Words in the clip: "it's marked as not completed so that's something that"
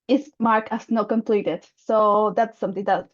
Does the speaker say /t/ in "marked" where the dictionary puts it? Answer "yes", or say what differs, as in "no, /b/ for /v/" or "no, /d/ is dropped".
no, /t/ is dropped